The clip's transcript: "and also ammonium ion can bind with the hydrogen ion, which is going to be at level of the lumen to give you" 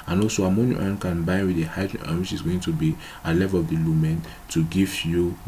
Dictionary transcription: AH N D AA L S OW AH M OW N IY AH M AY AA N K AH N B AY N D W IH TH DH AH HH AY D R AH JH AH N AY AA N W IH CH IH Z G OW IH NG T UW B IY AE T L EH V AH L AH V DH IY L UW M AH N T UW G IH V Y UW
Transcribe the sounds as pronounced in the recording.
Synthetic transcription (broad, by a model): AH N AA L S OW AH M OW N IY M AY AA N K AH N B AY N W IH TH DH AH HH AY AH AH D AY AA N W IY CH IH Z G OW IH NG T UW B IY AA L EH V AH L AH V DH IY L UW M AH N T UW G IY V Y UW